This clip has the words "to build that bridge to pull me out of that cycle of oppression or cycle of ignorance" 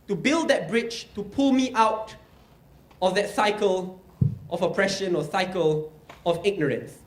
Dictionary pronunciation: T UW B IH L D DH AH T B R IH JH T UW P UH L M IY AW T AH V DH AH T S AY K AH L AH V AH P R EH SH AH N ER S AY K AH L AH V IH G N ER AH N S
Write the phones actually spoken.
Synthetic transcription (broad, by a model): T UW B IH L D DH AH T B R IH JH T UW P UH L M IY AW T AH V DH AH T S AY K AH L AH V AH P R EH SH AH N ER S AY K AH L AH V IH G N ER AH N S